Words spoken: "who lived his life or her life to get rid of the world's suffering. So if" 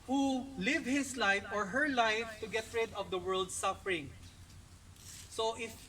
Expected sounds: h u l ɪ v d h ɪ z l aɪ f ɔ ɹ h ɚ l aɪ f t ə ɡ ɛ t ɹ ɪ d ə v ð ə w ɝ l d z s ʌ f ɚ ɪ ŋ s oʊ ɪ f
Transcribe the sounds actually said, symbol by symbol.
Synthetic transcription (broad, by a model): h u l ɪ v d h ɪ s l aɪ f ɔ ɹ h ɚ l aɪ f t ə ɡ ɛ t ɹ ɪ d ə v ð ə w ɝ l d s ʌ f ɚ ɪ ŋ s oʊ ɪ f